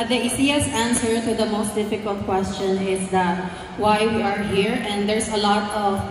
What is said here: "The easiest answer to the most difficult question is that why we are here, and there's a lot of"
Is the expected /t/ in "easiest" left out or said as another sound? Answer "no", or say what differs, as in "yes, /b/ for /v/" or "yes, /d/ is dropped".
yes, /t/ is dropped